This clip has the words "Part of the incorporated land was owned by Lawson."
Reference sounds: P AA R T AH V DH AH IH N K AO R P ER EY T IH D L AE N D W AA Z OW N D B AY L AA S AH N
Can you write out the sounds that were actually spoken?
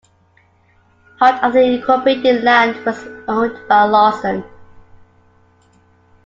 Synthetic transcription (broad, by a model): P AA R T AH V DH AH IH K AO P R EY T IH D L AE N D W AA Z OW N D B AY L AA S AH N